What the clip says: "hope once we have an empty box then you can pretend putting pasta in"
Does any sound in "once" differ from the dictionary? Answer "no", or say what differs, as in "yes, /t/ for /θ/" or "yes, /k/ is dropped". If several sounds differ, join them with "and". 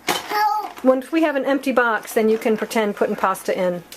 yes, /s/ is dropped